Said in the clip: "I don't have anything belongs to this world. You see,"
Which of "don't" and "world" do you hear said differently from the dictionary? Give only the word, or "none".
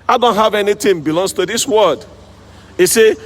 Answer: world